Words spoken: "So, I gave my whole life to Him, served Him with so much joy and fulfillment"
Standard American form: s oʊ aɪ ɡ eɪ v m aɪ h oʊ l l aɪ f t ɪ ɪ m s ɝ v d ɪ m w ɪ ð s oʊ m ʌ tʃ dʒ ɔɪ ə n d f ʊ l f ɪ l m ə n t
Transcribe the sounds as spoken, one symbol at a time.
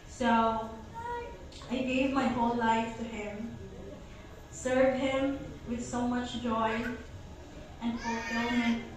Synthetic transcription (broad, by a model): s oʊ aɪ ɡ eɪ v m aɪ h oʊ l l aɪ f t ɪ ɪ m s ɝ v ɪ m w ɪ ð s oʊ m ʌ tʃ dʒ ɔɪ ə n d f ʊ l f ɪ l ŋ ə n